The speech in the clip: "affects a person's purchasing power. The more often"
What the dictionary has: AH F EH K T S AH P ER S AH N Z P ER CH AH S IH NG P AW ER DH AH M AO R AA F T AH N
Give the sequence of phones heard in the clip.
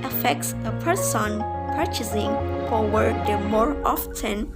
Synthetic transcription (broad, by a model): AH F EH K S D AH P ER S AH N P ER CH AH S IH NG F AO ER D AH M AO R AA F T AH N